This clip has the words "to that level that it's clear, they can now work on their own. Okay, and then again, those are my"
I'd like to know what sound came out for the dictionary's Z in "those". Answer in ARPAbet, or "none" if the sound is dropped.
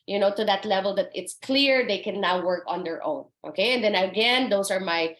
S